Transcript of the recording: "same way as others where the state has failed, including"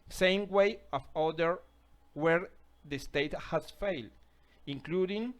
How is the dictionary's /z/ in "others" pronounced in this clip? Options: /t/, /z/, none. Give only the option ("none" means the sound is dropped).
none